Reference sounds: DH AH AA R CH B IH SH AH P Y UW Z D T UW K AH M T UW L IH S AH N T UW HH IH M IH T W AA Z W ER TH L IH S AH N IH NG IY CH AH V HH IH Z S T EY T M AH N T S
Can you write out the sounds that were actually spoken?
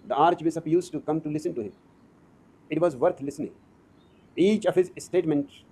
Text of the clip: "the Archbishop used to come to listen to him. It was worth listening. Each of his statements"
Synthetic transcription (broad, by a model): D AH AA R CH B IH S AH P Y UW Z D T UW K AH M T UW L IH S AH N T UW HH IH M IH T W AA Z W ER T L IH S AH N IH NG IY CH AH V HH IH Z S T EY T M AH N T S